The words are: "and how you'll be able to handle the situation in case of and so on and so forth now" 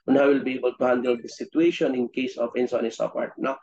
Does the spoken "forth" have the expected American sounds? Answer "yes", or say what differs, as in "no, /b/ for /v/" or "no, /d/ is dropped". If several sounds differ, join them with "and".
no, /p/ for /f/ and /t/ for /θ/